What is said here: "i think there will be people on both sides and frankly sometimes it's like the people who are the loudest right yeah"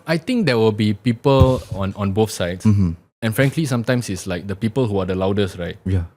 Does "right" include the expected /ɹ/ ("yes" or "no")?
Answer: yes